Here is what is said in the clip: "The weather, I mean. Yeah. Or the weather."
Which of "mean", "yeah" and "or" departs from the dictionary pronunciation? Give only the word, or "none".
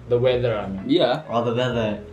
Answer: or